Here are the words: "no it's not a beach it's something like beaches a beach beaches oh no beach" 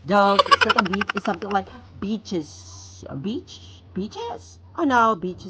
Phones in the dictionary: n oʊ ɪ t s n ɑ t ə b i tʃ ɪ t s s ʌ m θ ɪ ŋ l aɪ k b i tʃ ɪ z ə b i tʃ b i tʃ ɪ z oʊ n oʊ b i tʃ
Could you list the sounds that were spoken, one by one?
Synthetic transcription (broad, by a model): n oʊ ɪ t s l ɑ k ə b i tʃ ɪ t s s ʌ m θ ɪ ŋ l aɪ k b i tʃ ɪ z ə b i tʃ b i tʃ ɪ z oʊ n oʊ b i tʃ